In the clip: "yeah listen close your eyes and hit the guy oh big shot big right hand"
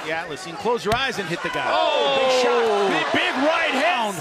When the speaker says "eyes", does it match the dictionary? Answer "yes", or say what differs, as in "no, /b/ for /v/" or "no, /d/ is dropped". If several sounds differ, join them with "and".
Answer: yes